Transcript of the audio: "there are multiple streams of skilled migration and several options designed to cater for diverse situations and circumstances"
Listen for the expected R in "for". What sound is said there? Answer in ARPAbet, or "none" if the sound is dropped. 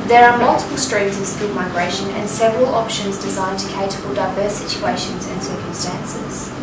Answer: L